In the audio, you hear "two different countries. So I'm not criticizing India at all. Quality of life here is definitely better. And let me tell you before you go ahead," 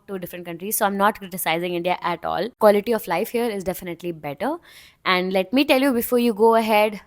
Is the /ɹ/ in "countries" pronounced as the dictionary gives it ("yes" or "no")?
yes